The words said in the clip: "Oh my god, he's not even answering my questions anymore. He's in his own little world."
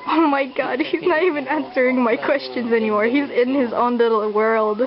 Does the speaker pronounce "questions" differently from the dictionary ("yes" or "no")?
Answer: no